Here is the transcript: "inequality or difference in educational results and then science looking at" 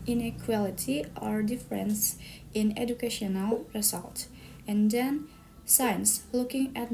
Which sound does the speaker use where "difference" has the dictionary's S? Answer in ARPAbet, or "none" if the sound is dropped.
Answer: S